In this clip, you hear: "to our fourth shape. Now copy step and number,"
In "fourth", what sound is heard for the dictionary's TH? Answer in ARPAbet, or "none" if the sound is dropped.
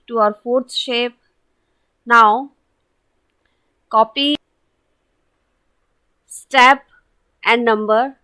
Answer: S